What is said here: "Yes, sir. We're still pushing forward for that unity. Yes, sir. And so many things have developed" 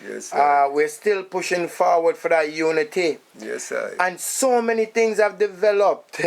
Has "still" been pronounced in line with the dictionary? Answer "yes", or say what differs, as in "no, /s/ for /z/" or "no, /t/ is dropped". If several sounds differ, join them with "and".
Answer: yes